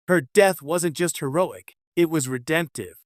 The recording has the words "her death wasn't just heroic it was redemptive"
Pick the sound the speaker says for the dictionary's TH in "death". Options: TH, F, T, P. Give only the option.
TH